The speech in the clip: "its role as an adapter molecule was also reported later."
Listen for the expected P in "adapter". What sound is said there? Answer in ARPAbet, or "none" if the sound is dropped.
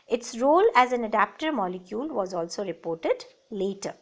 P